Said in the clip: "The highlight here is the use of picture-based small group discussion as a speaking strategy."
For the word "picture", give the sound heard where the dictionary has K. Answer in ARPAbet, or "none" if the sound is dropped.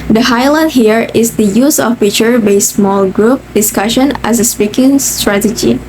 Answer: none